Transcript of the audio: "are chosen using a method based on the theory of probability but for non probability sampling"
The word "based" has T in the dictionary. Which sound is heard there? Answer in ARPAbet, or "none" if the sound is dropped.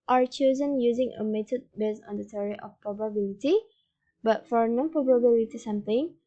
none